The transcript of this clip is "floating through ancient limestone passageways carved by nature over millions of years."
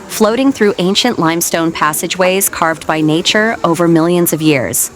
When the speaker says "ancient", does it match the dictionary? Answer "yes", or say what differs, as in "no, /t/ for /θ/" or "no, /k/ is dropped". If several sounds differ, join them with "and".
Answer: yes